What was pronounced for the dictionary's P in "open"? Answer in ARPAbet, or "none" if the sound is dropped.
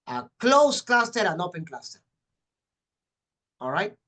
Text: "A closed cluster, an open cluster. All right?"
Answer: P